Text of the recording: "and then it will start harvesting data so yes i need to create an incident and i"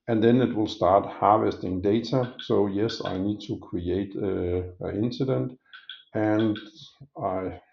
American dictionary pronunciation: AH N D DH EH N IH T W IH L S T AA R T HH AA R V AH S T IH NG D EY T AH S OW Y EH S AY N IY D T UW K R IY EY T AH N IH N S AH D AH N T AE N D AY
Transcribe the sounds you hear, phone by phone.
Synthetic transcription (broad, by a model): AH N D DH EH N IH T W IH L S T AA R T HH AA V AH S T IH NG D EY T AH S OW Y EH S AY N IY D T UW K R IY EY AH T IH N S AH D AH N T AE N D AY